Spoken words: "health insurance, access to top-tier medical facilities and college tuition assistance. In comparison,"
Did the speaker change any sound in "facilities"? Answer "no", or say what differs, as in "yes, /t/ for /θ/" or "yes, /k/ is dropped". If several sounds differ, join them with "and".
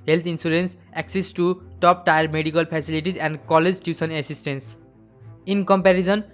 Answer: yes, /p/ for /f/